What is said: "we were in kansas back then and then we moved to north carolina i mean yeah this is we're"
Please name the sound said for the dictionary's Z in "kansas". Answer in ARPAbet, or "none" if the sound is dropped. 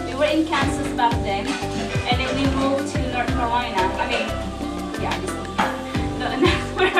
S